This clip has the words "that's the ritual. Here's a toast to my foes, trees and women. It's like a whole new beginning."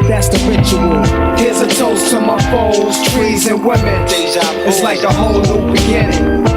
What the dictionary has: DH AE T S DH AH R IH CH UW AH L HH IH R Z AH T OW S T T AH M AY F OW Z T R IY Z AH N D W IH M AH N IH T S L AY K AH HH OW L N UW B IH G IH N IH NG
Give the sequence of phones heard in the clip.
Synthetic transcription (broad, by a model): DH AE T S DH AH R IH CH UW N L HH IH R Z AH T OW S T T AH M AY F OW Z T R IY Z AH N W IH M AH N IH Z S L AY K AH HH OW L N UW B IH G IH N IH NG